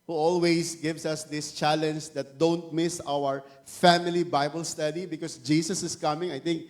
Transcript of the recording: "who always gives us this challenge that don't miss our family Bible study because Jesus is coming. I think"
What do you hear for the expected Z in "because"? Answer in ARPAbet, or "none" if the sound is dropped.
S